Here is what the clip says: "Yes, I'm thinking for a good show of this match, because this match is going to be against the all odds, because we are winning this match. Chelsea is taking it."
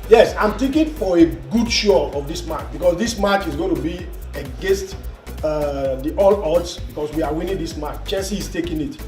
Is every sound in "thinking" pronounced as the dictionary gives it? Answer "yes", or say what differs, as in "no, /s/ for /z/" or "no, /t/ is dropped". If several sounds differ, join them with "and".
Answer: no, /t/ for /θ/ and /ŋ/ is dropped